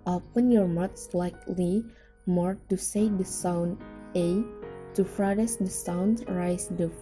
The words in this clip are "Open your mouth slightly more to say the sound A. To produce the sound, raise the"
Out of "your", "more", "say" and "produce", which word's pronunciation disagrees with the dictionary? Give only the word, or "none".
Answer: produce